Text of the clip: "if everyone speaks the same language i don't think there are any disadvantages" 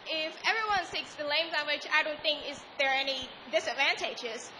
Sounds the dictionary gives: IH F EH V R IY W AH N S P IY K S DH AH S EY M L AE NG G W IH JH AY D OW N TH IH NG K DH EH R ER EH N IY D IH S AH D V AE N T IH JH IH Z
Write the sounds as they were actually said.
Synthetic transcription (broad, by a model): IH F EH V R IY W AH N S IY K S DH AH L EY M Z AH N W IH CH AY D OW N TH IH NG K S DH ER EH N IY D IH S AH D V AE N T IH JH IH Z